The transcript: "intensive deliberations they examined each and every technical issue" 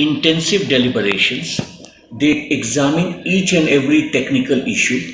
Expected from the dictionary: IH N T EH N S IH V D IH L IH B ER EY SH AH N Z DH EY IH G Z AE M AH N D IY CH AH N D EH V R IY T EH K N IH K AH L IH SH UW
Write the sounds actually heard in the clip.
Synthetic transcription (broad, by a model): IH N T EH N S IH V D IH L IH B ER EY SH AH N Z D EY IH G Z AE M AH N IY CH AH N D EH V R IY T EH K N IH K AH L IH SH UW